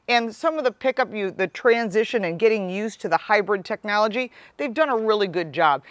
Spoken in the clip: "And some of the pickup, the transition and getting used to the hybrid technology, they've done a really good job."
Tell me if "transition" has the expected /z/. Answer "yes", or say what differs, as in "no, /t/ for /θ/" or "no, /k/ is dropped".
yes